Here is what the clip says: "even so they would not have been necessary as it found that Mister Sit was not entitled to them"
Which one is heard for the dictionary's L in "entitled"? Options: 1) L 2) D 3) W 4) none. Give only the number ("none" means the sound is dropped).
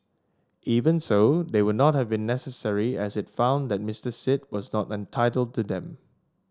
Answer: 1